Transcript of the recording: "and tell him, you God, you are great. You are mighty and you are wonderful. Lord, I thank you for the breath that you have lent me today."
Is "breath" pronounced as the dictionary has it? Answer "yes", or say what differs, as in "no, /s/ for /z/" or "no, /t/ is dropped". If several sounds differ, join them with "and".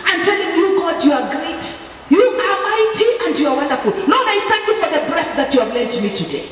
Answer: yes